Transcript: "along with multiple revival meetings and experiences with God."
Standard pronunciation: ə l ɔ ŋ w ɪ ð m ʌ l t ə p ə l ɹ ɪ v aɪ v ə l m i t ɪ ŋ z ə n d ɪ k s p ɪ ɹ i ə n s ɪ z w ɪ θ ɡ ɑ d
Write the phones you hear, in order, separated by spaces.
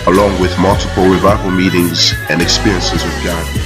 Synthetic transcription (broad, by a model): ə l ɔ ŋ w ɪ ð m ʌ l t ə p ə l ɹ ɪ v aɪ v ə l m i t ɪ ŋ z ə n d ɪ k s p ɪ ɹ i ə n s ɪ z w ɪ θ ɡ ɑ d